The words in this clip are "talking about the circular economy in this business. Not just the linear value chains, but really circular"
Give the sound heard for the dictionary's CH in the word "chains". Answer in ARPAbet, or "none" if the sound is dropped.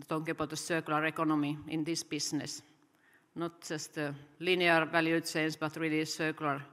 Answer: S